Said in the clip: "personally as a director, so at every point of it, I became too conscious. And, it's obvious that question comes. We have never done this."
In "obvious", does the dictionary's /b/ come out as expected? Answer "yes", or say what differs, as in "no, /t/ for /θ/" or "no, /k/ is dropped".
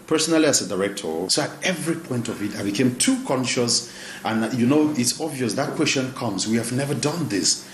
yes